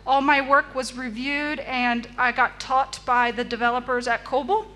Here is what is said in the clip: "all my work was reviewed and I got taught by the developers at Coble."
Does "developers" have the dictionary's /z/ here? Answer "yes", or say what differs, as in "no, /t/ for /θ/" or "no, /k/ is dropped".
yes